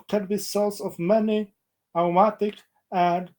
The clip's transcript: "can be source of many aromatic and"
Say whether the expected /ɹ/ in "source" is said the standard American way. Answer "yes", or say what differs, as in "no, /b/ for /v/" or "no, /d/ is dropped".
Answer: no, /l/ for /ɹ/